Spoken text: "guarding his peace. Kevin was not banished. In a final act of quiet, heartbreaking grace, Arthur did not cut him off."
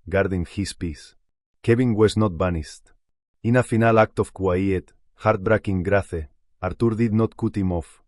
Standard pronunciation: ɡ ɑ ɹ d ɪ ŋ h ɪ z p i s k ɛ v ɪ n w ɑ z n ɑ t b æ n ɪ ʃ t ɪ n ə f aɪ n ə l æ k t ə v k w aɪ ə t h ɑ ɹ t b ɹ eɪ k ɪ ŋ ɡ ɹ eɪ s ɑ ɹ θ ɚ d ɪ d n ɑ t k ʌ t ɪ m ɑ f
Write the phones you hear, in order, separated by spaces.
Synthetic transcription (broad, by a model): ɡ ɑ ɹ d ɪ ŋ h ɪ s p i s k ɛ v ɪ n w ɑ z n ɑ t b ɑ n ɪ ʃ t ɪ n ə f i n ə l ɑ k t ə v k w aɪ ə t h ɑ ɹ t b ɹ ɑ k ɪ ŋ ɡ ɹ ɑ θ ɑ ɹ t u d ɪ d n ɑ t k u t ɪ m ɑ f